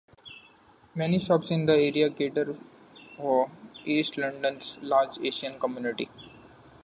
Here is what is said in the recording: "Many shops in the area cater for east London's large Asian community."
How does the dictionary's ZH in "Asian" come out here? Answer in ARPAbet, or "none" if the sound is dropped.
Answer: SH